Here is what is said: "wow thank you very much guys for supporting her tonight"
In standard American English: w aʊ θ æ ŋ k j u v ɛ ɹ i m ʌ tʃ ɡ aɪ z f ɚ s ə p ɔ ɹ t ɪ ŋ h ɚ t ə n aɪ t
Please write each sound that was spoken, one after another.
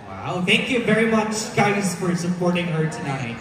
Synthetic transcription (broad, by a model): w aʊ θ æ ŋ k j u v ɛ ɹ i m ʌ tʃ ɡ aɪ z f ɚ s ə p ɔ ɹ t ɪ ŋ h ɚ t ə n aɪ t